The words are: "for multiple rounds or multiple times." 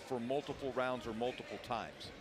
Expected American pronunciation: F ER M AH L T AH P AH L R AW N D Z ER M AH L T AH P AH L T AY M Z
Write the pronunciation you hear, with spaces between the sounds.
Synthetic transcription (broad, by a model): F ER M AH L T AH P L R AW N D Z ER M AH L T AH P L T AY M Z